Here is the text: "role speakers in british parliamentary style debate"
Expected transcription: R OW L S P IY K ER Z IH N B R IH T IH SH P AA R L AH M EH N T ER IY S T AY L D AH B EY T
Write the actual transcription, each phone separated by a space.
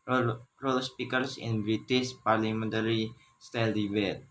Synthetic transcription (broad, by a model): R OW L S P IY K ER S IH N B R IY T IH S P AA R L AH M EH N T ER IY S T AY L D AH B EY T